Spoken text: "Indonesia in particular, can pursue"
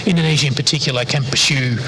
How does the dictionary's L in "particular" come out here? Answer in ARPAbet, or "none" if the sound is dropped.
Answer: none